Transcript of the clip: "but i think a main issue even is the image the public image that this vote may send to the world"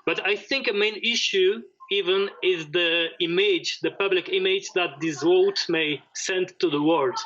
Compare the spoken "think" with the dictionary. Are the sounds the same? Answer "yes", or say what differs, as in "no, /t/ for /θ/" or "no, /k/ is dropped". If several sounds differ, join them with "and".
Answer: yes